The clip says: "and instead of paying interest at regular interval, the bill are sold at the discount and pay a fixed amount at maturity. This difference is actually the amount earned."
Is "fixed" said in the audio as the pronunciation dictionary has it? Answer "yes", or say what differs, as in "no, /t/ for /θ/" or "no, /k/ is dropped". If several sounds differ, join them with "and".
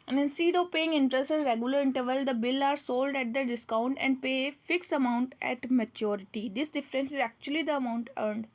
no, /t/ is dropped